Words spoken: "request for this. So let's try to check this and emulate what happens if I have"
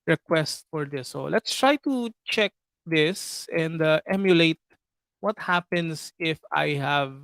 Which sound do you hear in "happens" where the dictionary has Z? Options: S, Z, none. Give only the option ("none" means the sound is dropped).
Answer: S